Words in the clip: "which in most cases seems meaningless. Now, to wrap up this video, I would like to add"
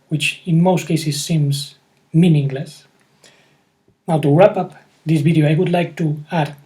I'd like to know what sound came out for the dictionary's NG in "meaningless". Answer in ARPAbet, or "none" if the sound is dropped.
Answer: NG